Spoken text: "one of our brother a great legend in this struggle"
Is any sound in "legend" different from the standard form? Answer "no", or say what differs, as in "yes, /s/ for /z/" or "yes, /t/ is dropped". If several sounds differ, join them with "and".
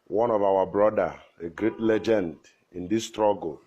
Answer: no